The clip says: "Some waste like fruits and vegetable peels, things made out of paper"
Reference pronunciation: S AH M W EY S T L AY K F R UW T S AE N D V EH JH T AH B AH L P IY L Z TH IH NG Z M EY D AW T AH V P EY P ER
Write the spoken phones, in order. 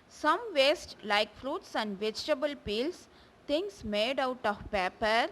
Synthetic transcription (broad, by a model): S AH M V EY S T L AY K F R UW T S AE N D V EH JH T AH B AH L P IY L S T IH NG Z M EY D AW T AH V P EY P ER